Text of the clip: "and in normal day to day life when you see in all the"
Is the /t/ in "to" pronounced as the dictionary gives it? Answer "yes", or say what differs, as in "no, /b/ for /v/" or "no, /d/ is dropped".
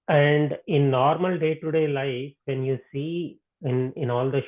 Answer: yes